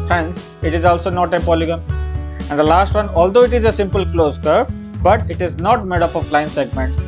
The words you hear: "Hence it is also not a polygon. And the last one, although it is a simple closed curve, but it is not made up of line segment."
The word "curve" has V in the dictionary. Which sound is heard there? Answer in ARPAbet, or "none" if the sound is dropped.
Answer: P